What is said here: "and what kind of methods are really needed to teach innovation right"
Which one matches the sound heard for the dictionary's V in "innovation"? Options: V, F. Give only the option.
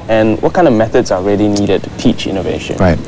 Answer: V